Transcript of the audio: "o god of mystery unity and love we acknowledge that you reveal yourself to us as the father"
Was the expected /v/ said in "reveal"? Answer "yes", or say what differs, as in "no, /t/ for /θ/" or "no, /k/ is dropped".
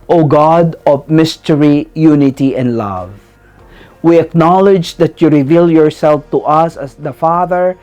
yes